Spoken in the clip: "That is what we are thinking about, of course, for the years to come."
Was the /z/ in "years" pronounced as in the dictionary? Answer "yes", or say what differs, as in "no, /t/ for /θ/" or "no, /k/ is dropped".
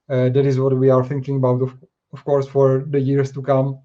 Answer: no, /s/ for /z/